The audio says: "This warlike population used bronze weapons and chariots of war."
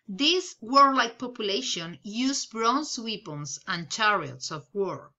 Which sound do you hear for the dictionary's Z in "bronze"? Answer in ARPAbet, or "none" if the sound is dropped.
S